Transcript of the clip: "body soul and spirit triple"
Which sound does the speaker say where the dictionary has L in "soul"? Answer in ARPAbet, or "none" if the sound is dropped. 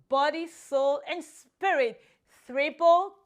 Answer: L